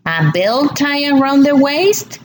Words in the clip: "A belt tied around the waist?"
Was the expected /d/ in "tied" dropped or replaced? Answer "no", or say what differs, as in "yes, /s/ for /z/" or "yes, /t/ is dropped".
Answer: yes, /d/ is dropped